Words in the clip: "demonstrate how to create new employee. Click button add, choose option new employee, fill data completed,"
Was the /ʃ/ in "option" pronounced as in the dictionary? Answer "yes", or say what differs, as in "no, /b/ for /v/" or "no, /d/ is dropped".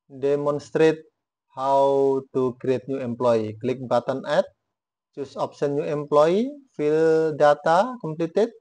no, /s/ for /ʃ/